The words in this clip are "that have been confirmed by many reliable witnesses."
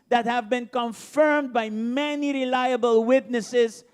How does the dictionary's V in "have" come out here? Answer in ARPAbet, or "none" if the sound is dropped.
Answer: V